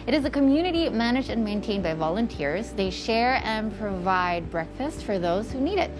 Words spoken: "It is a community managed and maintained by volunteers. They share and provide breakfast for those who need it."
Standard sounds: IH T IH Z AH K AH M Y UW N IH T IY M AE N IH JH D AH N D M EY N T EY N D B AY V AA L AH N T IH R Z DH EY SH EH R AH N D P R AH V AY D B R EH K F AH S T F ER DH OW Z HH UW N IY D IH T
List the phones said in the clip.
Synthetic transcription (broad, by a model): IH T IH Z AH K AH M Y UW N IH T IY M AE N IH JH D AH N M EY N T EY N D B AY V AA L AH N T IH R Z DH EY SH EH R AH N P R AH V AY D B R EH K F AH S T F ER DH OW Z HH UW N IY D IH T